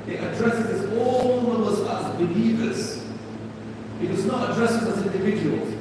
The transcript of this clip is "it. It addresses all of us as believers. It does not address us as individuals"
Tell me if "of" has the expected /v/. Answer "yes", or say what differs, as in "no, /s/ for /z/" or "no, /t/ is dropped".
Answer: no, /w/ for /v/